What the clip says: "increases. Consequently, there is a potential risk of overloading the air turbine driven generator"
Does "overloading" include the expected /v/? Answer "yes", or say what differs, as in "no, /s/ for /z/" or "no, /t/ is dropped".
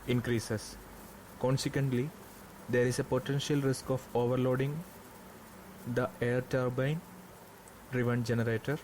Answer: yes